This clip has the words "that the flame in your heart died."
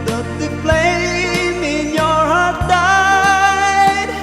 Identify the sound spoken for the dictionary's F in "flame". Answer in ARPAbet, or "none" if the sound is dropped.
P